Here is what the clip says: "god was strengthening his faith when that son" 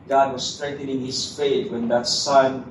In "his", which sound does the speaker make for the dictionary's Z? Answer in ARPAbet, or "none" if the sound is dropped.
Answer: S